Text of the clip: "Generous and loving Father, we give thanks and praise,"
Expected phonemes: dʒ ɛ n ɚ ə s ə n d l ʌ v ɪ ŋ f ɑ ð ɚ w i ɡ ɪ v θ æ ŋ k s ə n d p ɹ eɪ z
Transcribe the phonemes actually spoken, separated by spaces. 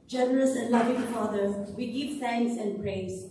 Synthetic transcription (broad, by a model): dʒ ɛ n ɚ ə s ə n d l ʌ v ɪ ŋ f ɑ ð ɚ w i ɡ ɪ v s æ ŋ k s ə n d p ɹ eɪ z